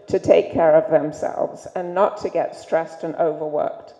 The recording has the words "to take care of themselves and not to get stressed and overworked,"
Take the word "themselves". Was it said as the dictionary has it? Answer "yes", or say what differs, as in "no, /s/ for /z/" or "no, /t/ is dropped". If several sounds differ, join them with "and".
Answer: yes